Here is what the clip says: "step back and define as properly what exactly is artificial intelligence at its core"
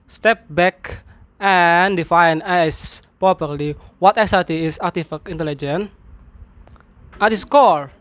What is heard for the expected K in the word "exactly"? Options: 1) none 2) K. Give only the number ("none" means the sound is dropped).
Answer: 1